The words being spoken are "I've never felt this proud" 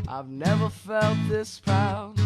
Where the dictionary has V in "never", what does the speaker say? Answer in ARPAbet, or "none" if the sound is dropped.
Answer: V